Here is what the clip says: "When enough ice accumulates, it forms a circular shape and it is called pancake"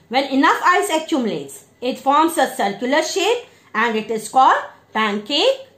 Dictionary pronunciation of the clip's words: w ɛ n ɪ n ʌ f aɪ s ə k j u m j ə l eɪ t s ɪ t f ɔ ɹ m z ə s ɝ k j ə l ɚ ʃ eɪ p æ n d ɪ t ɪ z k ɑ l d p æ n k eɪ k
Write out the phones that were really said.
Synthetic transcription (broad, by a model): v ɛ n ɪ n ʌ f aɪ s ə k j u m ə l eɪ t s ɪ t f ɔ ɹ m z ə s ɝ k j ə l ɚ ʃ eɪ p æ n d ɪ t ɪ z k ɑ d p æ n k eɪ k